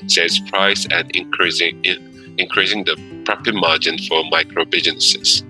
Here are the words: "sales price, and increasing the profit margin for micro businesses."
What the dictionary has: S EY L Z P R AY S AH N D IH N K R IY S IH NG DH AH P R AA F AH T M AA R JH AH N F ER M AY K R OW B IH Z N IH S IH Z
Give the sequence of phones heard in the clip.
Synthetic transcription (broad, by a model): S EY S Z P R AY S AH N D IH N K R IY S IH NG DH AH P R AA P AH M AA JH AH N F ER M AY K R OW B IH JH N S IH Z